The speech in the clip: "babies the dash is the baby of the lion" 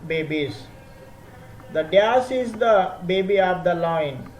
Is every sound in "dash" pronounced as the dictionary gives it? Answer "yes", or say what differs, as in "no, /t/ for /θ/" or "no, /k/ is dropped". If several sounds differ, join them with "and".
no, /s/ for /ʃ/